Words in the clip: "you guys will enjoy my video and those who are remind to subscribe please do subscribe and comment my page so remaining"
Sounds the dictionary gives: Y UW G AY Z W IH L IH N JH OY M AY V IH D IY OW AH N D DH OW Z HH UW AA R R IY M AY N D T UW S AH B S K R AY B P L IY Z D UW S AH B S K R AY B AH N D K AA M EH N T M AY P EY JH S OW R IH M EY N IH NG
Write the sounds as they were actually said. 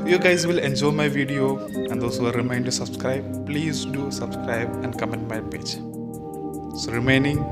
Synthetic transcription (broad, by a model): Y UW G AY Z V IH L IH N JH OY M AY V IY D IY OW AH N D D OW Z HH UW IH L R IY M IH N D T UW S AH B S K R AY B P L IY Z D UW S AH B S K R AY B AH N D K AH M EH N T M AY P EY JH S OW R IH M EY N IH NG